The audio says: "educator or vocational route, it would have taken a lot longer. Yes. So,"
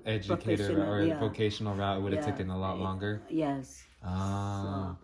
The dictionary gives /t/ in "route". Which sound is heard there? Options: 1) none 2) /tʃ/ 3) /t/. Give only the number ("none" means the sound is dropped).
1